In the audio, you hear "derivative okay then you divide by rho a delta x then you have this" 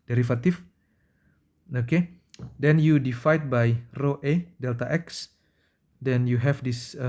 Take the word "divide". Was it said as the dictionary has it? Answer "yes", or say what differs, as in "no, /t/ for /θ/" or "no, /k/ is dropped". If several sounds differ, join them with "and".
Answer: no, /f/ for /v/